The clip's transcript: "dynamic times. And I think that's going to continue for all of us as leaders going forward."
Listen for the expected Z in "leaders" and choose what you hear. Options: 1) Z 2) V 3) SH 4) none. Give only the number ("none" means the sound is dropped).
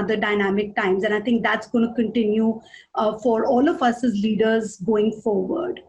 1